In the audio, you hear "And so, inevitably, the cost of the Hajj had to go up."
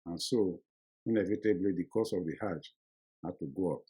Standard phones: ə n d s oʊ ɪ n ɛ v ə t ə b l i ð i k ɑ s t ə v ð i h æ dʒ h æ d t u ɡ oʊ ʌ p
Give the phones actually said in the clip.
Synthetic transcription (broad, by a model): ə n s oʊ ɪ n ɛ v ə t ə b l i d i k ɑ s ə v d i h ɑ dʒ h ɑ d t u ɡ oʊ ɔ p